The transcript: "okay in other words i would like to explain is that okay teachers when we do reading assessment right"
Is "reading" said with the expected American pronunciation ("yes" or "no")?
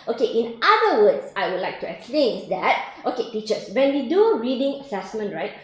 no